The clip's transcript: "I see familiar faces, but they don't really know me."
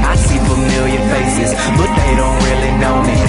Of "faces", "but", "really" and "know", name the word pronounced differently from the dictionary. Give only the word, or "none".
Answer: faces